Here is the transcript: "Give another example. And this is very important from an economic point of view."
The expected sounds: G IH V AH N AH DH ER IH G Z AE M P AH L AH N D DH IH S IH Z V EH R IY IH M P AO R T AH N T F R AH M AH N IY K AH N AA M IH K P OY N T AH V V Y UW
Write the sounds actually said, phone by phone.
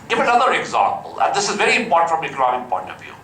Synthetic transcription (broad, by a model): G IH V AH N AH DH ER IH G Z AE M P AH L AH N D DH IH S IH Z V EH R IY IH M P AO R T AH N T F R AH M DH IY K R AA IH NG P OY N T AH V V Y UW